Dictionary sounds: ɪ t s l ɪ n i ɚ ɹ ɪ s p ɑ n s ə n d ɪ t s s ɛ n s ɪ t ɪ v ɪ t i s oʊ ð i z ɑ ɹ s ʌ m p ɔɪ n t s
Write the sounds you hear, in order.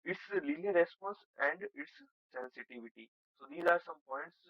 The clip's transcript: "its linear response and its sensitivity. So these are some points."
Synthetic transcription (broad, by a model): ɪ t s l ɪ l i ɹ ɪ s p ɑ n s ə n d ɪ t s s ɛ n s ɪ t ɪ v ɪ t i s oʊ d i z ɑ ɹ s ʌ m p ɔɪ n t s